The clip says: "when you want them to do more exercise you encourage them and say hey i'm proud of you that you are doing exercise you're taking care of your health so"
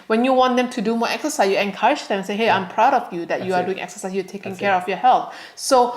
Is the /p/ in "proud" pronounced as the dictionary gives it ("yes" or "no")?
yes